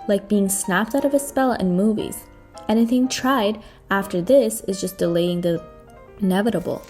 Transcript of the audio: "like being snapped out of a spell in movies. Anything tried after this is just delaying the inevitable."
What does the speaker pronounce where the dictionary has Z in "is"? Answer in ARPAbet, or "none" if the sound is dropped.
Z